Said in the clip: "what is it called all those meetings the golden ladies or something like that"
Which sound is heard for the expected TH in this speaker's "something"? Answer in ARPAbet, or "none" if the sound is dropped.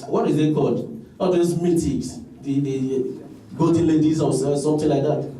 T